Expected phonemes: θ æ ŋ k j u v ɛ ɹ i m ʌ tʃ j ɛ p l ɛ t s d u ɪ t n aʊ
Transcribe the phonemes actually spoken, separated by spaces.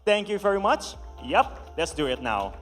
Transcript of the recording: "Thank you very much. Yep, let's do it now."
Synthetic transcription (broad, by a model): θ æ ŋ k j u v ɛ ɹ i m ʌ tʃ j ɛ p l ɛ t s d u ɪ t n aʊ